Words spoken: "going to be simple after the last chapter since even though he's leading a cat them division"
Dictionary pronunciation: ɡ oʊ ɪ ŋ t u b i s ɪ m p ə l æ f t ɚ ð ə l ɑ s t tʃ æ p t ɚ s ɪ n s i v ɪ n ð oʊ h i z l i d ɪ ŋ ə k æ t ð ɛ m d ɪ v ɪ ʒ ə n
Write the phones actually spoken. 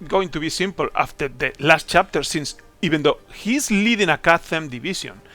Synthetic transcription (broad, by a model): ɡ oʊ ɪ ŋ t u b i s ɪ m p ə l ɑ f t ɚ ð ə l ɑ s t tʃ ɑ p t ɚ s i n s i b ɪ n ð oʊ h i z l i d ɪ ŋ ə k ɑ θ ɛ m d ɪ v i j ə n